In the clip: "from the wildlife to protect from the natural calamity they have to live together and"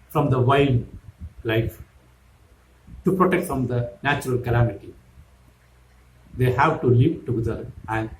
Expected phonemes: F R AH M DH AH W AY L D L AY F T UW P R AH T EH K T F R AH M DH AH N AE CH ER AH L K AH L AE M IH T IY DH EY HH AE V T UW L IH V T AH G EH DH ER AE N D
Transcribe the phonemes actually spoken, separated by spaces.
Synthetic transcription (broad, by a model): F R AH M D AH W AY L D L AY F T UW P R AH T EH K T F R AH M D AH N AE CH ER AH L K AH L AE M IH T IY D EY HH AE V T UW L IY P T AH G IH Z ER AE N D